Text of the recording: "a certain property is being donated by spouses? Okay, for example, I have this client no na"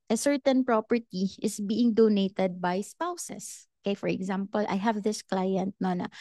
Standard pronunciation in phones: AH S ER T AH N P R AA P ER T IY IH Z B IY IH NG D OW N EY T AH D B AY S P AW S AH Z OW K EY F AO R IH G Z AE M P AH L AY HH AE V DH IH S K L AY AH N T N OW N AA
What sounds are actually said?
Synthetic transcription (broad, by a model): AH S ER T AH N P R AA P ER T IY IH S B IY IH NG D OW N EY T AH D B AY S P AW S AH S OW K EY F AO R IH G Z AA M P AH L AY HH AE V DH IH S K L AY AH N T N OW N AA